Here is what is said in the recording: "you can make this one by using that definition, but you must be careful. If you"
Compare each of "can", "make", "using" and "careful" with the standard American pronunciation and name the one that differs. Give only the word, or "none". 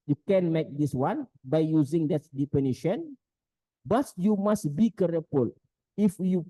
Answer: careful